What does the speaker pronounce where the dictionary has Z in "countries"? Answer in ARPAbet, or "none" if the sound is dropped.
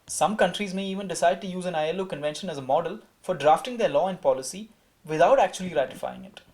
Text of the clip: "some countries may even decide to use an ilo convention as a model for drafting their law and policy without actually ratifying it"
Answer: Z